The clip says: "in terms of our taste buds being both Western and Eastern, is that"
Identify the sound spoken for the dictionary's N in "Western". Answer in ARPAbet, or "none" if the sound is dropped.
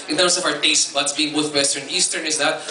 none